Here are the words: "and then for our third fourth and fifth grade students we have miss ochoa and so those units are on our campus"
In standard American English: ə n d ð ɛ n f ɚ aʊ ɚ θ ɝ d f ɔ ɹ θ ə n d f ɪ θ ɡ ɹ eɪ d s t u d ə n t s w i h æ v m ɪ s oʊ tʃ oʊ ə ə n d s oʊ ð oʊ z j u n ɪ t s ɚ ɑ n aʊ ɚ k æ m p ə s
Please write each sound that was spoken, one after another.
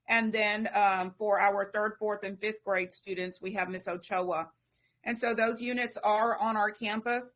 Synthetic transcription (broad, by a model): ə n ð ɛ n f ɚ aʊ ɚ θ ɝ d f ɔ ɹ θ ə n f ɪ θ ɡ ɹ eɪ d s t u d n t s w i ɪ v m ɪ s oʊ tʃ oʊ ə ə n s oʊ ð oʊ z j u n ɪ t s ɚ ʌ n aʊ ɚ k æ m p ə s